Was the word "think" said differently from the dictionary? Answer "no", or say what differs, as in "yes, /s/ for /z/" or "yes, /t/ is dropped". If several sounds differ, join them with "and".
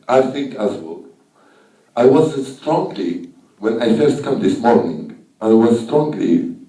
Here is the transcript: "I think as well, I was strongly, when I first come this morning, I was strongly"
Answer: no